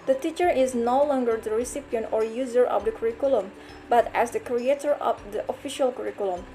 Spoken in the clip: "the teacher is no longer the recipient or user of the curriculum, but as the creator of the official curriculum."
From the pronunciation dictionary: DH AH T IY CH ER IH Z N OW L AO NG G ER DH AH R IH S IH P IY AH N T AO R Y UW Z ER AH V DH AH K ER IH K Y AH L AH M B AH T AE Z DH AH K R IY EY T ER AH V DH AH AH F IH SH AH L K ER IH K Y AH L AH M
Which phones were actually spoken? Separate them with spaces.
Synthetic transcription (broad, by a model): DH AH T IY CH ER IH Z N OW L AO NG G ER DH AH R IH S IH P IY AH N T AO R Y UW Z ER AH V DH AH K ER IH K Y L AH M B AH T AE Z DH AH K R IY EY T ER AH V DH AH AH F IH SH AH L K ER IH K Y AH L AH M